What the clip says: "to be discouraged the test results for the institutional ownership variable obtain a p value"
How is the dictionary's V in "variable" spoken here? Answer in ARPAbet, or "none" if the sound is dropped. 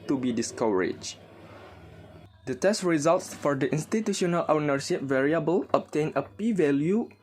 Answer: V